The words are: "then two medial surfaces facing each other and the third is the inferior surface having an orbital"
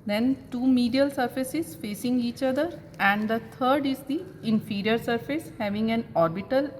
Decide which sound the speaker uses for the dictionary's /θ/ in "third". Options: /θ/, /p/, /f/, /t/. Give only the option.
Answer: /t/